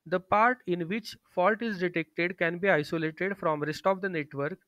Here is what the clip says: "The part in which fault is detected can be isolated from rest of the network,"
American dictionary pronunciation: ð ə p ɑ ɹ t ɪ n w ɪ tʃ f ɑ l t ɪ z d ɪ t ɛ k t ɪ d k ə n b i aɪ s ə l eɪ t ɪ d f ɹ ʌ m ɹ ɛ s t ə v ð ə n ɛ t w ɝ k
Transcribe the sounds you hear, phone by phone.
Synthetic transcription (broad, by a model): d ə p ɑ ɹ t ɪ n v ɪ tʃ f ɑ l t ɪ z d ɪ t ɛ k t ɪ d k ə n b i aɪ s ə l eɪ t ɪ d f ɹ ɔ m ɹ ɛ s t ə v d ə n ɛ t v ɝ k